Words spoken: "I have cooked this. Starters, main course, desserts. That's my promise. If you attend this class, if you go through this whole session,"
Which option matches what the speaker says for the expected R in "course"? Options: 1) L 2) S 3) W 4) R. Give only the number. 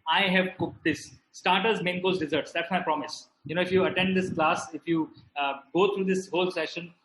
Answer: 1